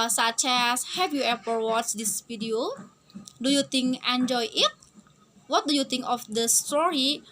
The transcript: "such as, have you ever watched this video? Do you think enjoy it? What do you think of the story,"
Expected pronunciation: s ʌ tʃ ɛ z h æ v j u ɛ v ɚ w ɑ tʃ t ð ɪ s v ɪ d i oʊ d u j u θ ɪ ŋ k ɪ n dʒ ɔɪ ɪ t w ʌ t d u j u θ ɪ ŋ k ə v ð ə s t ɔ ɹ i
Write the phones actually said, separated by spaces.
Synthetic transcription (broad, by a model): s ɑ tʃ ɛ s h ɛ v j u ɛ p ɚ w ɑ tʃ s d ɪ s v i d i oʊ d u j u t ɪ ŋ k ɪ n dʒ ɔɪ ɪ t w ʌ t d u j u t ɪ ŋ k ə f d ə s t ɔ ɹ i